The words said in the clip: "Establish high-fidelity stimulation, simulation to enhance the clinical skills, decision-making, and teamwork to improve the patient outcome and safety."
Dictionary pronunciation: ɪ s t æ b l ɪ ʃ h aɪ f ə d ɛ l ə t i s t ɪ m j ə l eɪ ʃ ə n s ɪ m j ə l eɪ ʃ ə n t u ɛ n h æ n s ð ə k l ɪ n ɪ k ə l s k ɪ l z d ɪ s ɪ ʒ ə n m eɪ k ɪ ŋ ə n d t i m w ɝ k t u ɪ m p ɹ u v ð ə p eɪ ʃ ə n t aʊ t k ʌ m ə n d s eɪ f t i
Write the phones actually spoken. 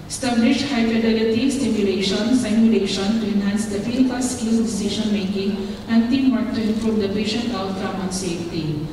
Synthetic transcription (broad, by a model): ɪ s t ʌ b l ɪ ʃ h aɪ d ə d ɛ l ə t i s t ɪ m j ə l eɪ ʃ ə n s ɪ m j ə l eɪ ʃ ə n t u ɛ n h æ n s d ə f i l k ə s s k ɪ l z d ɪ s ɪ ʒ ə n m eɪ k ɪ ŋ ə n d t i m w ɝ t t u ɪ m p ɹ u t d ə p eɪ ʃ ə n t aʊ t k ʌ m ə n s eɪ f t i